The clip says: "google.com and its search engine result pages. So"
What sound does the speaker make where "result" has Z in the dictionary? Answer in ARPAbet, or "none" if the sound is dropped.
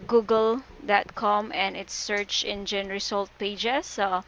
S